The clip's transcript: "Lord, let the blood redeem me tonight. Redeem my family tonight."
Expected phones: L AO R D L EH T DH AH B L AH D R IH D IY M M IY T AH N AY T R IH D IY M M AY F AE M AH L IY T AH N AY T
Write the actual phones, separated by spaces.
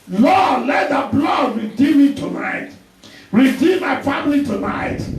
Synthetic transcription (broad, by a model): L AO D L EH T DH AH B L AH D R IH D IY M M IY T AH N AY T R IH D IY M M AY F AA M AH L IY T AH N AY T